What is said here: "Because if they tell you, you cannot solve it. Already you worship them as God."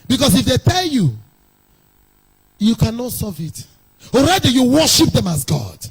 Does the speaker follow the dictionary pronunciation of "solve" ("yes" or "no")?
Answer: no